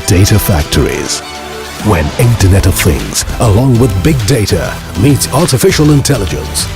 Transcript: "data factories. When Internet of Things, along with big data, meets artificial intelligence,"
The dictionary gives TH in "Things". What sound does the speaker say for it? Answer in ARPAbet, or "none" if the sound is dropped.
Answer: TH